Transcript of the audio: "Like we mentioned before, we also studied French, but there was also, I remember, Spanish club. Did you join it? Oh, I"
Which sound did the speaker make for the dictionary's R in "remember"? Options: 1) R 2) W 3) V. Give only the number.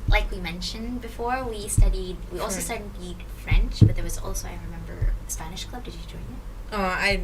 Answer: 1